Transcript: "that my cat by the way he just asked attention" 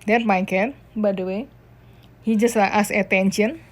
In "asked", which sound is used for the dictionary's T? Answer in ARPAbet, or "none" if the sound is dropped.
none